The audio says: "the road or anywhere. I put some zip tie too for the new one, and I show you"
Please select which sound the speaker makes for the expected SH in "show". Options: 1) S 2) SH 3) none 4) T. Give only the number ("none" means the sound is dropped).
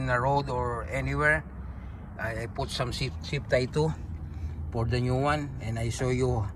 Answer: 1